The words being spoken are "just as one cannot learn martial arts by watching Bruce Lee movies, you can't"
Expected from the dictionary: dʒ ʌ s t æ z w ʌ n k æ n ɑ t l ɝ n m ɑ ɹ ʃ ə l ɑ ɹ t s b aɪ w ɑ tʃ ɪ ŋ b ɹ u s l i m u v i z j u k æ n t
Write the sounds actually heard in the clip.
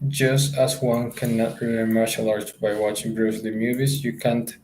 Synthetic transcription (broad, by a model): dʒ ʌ s t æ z w ʌ n k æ n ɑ t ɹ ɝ l m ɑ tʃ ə l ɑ ɹ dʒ b aɪ w ɑ tʃ ɪ ŋ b ɹ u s l i m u v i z j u k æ n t